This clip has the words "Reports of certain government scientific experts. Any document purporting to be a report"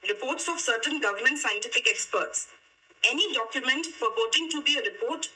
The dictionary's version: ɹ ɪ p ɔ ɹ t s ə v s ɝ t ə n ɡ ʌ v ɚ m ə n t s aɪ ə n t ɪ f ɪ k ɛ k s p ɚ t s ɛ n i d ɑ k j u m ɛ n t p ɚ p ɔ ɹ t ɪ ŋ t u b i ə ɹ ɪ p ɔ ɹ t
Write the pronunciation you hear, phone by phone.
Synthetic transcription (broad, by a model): ɹ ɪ p ɔ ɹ t s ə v s ɝ t ə n ɡ ʌ v ɚ m ə n t s aɪ ə n t ɪ f ɪ k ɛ k s p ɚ t s ɛ n i d ɑ k j u m ɛ n t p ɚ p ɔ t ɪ ŋ t u b i ə ɹ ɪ p ɔ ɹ t